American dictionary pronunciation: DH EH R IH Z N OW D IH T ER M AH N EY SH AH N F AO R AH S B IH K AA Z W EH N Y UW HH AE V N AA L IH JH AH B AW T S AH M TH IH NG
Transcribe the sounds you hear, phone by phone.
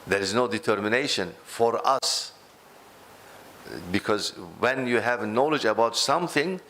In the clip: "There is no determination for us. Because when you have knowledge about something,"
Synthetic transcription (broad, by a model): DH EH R IH Z N OW D IH T ER M AH N EY SH AH N F AO R AH S B IH K AA Z W EH N Y UW HH AE V N AA L IH JH AH B AW T S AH M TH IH NG